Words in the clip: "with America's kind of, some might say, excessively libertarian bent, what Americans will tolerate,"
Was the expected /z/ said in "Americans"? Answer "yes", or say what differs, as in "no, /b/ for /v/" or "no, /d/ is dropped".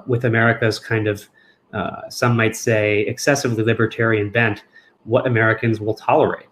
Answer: yes